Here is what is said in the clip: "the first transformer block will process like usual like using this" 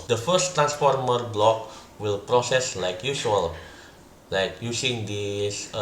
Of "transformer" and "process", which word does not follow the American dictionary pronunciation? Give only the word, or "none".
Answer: none